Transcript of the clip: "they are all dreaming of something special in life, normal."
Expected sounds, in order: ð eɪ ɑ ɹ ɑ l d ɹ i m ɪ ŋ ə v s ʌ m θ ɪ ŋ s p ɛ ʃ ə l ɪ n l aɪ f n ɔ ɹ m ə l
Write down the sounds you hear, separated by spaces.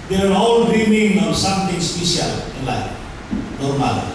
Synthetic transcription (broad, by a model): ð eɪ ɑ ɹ ɑ l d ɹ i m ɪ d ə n s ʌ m t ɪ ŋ s p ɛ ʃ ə l ɪ n l aɪ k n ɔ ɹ m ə l